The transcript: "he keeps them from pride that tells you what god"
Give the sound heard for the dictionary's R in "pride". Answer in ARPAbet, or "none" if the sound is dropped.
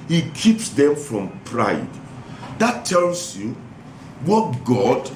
R